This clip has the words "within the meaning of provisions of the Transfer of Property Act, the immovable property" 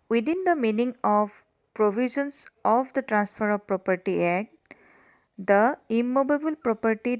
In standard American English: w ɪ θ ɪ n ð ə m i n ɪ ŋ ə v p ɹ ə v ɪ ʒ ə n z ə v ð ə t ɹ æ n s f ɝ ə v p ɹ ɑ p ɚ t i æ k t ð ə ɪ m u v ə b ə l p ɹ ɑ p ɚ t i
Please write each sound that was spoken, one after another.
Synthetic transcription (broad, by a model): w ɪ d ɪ n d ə m i n ɪ ŋ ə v p ɹ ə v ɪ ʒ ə n s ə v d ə t ɹ æ n s f ɝ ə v p ɹ ɑ p ɚ t i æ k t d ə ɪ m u b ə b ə l p ɹ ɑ p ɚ t i